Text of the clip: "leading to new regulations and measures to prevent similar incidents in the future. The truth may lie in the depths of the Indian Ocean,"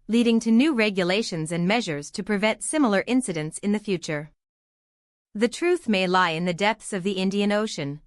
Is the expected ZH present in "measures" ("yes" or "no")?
yes